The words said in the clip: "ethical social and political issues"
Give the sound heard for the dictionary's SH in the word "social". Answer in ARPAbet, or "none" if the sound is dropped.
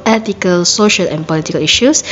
SH